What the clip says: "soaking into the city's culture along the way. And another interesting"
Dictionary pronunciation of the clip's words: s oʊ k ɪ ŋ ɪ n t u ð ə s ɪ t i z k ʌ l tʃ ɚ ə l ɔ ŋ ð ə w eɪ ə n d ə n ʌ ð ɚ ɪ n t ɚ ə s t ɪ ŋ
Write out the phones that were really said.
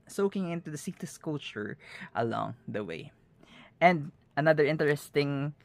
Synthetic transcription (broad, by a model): s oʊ k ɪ ŋ ɪ n t u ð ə s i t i s k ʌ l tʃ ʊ ə l ɔ ŋ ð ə w eɪ ə n d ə n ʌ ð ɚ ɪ n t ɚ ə s t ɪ ŋ